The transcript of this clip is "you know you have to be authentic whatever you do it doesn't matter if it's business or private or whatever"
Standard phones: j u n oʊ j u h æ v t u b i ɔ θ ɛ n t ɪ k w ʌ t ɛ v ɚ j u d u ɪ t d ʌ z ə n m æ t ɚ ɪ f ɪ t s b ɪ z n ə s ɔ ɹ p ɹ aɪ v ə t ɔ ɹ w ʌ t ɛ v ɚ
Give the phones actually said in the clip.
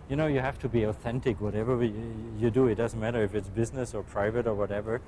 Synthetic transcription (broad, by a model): j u n oʊ j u h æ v t u b i ɔ θ ɛ n t ɪ k w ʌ t ɛ v ɚ j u d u ɪ t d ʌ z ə n m æ t ɚ ɪ f ɪ t s b ɪ z n ə s ɔ ɹ p ɹ aɪ v ə t ɔ ɹ w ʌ t ɛ v ɚ